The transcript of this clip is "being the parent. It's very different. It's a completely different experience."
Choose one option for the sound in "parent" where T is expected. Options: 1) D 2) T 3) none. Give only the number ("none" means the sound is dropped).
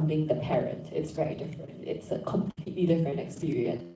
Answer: 2